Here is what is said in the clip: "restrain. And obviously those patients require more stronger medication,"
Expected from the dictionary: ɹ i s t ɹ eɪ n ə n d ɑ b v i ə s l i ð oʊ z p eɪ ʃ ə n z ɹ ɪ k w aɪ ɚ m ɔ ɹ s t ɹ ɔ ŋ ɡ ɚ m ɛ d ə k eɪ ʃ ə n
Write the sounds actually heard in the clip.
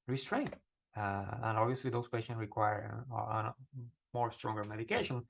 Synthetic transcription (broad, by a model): ɹ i s t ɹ eɪ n ə n d ɑ b v i ə s l i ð oʊ s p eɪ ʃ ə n s ɹ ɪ k w aɪ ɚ m ɔ ɹ s t ɹ ɔ ŋ ɡ ɚ m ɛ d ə k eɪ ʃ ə n